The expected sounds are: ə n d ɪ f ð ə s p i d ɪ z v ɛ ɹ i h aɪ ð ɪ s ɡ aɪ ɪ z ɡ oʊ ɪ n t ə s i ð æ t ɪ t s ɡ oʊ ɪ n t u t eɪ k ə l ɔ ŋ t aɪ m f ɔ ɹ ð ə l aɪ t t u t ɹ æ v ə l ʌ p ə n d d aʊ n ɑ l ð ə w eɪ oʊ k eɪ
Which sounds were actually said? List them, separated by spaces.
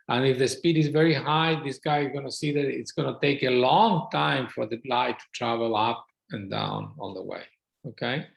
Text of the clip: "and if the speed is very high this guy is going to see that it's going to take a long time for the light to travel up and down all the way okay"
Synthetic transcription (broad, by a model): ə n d ɪ f ð ə s p i d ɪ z v ɛ ɹ i h aɪ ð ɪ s ɡ aɪ ɪ z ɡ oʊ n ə s i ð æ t ɪ t s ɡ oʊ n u t eɪ k ə l ɔ ŋ t aɪ m f ɔ ɹ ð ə l aɪ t t u t ɹ æ v ə l ʌ p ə n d d aʊ n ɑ n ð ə w eɪ oʊ k eɪ